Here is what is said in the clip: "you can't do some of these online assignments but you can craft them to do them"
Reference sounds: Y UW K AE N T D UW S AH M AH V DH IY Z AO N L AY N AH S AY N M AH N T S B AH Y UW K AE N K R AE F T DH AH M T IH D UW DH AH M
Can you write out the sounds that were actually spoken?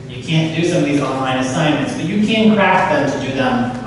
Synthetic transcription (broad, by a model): Y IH K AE N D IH S AH M AH V DH IY Z AO N L AY N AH S AY N M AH N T S B AH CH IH K AE N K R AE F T DH AH M T IH D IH DH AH M